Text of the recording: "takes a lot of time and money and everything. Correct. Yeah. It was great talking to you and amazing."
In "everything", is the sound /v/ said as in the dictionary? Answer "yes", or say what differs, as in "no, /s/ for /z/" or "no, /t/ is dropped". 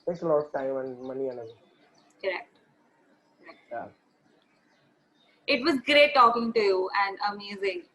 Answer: no, /v/ is dropped